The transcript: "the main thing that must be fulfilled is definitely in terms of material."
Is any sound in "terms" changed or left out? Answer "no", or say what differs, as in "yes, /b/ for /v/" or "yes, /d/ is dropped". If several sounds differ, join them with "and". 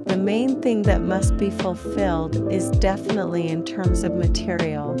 no